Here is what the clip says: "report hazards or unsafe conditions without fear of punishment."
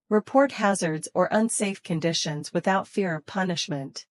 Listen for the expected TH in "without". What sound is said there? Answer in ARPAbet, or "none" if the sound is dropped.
TH